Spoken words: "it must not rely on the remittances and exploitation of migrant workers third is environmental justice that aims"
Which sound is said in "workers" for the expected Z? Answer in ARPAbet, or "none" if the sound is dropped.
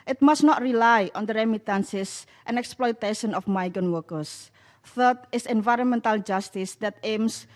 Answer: S